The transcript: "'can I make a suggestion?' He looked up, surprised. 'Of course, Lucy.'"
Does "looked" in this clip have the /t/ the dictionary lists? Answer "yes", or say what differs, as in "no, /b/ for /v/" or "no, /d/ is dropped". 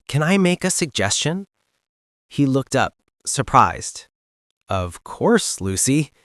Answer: yes